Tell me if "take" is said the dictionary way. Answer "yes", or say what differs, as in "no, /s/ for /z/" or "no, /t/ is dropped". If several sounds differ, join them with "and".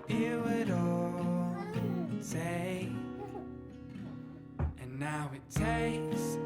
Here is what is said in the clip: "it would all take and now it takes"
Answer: no, /k/ is dropped